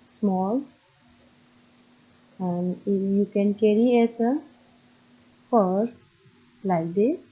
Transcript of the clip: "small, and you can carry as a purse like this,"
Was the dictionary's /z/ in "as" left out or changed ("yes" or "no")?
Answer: yes